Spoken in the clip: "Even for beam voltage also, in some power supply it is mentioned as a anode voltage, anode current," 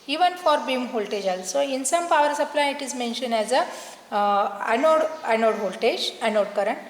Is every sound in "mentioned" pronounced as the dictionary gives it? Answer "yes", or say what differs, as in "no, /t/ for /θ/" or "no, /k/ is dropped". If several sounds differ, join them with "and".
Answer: no, /d/ is dropped